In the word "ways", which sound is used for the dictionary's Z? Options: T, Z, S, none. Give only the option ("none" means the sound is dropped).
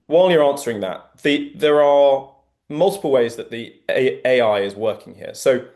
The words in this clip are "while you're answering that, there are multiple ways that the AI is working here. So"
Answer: Z